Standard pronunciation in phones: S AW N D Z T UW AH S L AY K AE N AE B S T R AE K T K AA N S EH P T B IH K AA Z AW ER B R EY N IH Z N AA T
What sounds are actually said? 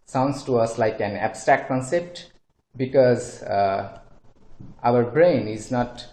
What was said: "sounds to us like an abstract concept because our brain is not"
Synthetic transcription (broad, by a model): S AW N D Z T UW AH S L AY K AE N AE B S T R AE K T K AA N S EH P T B IH K AA Z AW ER B R EY N IH Z N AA T